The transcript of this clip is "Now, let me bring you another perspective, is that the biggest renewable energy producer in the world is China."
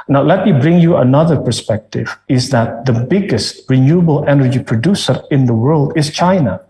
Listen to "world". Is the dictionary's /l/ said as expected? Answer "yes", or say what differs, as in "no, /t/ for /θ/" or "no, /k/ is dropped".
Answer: yes